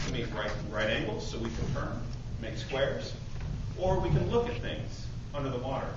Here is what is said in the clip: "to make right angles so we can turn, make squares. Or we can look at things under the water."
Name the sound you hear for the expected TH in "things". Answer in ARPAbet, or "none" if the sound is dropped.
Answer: TH